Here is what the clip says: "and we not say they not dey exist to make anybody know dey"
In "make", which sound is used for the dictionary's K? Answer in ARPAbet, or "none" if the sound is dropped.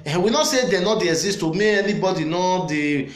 none